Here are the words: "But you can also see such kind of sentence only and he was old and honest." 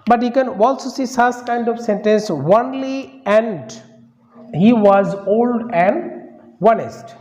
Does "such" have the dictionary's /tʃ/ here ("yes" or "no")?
no